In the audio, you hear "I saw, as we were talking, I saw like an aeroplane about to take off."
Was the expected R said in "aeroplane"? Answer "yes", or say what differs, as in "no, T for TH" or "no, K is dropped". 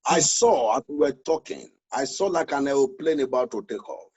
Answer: no, W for R